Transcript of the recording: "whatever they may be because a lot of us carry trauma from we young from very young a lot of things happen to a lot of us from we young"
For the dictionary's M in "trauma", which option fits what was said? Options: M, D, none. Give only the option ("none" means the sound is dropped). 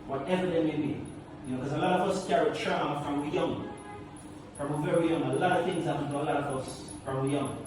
none